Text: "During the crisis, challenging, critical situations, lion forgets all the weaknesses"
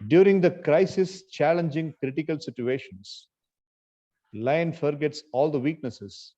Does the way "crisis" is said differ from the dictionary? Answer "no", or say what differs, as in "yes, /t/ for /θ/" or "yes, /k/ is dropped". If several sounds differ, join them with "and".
no